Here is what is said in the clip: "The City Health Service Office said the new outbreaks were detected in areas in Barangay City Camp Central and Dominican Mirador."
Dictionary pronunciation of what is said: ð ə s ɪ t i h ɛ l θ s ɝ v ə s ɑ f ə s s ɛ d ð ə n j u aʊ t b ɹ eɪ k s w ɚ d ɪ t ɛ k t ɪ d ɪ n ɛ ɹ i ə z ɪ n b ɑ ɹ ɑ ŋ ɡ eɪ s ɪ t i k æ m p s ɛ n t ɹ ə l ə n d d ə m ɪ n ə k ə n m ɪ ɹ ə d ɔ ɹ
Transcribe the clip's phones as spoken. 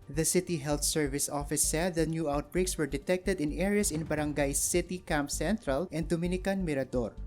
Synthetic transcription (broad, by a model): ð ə s ɪ t i h ɛ l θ s ɝ v ə s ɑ f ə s s ɛ d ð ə n j u aʊ t b ɹ eɪ k s w ɚ d ɪ t ɛ k t ɪ d ɪ n ɛ ɹ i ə s ɪ n b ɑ ɹ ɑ ŋ ɡ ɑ s ɪ t i k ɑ m p s ɛ n t ɹ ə l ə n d d ə m ɪ n ə k ə n m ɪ ɹ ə d ɔ ɹ